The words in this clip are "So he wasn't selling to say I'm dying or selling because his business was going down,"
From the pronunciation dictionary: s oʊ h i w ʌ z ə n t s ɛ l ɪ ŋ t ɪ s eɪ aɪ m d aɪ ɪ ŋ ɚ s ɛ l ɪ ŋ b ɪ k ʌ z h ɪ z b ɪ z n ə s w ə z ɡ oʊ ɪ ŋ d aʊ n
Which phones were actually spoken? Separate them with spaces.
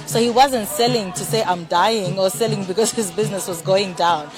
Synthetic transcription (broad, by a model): s oʊ h i w ʌ z ə n t s ɛ l ɪ ŋ t ɪ s eɪ aɪ m d aɪ ɪ ŋ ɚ s ɛ l ɪ ŋ b ɪ k ʌ z h ɪ z b ɪ z n ə s w ə z ɡ oʊ ɪ ŋ d aʊ n